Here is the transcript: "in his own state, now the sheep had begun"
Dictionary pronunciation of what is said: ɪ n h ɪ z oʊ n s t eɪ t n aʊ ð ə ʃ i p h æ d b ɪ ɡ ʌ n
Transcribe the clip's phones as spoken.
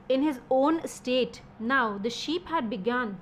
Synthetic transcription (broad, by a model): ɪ n h ɪ z oʊ n s t eɪ t n aʊ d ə ʃ i p h æ d b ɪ ɡ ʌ n